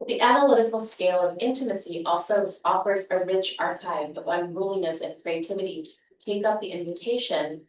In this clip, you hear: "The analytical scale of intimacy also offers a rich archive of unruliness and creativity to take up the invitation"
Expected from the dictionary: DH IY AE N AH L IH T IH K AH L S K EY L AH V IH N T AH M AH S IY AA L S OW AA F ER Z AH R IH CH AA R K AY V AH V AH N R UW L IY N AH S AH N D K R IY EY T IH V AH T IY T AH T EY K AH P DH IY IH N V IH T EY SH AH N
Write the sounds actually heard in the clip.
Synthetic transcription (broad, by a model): DH IY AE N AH L IH T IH K L S K EY L AH V IH N T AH M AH S IY AA L S OW AA F ER Z AH R IH CH AA R K AY V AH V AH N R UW L IY N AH S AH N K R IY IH T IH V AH T IY T AH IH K AH P DH IY IH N V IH T EY SH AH N